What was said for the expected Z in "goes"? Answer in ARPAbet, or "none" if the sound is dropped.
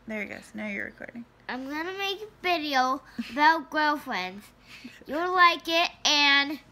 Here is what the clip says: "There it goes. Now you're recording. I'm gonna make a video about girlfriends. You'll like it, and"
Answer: S